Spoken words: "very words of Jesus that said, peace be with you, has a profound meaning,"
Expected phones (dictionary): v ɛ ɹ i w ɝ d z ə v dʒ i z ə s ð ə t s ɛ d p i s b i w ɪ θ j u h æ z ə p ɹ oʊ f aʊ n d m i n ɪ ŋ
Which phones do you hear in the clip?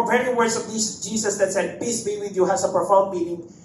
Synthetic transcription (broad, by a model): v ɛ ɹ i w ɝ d s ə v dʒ i s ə s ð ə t s ɛ d p i s b i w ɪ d j u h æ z ə p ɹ f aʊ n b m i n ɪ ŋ